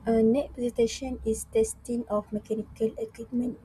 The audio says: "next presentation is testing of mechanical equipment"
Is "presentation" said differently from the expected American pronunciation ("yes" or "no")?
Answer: yes